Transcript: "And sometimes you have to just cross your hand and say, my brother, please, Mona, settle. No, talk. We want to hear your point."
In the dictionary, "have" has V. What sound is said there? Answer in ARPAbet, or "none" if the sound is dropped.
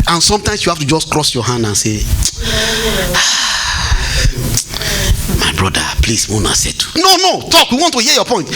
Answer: F